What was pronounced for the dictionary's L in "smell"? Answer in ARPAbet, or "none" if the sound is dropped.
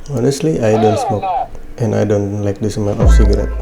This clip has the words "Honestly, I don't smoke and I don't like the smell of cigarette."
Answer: N